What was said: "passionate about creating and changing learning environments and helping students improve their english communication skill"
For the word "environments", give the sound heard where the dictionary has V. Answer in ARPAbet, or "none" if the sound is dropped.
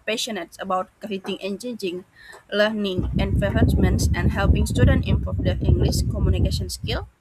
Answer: F